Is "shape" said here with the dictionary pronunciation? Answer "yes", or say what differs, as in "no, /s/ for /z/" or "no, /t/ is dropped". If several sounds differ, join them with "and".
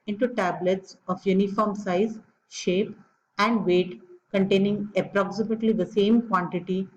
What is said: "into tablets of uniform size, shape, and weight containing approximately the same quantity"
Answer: yes